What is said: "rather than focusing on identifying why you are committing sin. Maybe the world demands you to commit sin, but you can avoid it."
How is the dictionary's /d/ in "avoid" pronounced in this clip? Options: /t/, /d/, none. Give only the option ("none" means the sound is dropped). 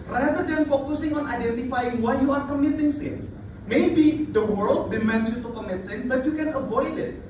/d/